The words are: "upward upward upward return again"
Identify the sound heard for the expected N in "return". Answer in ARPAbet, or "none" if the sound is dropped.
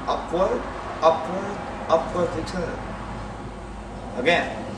none